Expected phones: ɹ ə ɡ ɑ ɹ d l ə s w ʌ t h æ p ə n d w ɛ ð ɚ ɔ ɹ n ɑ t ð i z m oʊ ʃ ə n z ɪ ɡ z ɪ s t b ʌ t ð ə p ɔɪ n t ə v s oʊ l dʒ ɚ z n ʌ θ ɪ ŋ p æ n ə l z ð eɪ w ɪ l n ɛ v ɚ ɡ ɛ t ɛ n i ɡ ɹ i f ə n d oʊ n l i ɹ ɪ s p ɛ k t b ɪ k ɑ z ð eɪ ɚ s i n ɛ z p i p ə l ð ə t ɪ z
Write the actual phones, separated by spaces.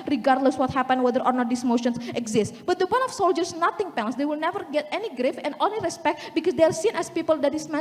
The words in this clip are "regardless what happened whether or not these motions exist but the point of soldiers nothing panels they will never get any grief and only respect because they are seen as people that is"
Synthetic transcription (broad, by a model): ɹ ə ɡ ɑ ɹ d l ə s w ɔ t h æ p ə n w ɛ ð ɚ ɔ ɹ n ɑ t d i s m oʊ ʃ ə n s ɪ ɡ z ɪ s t b ʌ t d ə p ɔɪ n ə f s oʊ l dʒ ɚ s n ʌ t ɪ ŋ p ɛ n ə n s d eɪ w ɪ l n ɛ v ɚ ɡ ɛ t ɛ n i ɡ ɹ i f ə n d oʊ n l i ɹ ɪ s p ɛ k t b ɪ k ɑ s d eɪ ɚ s i n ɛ s p i p ə l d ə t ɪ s